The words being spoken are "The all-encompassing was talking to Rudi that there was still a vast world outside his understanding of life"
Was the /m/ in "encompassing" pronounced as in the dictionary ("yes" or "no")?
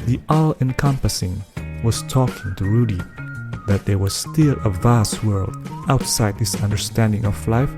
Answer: yes